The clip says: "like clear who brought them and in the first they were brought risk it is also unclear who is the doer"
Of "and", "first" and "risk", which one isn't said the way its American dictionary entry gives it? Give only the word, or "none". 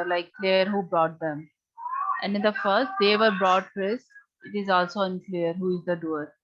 risk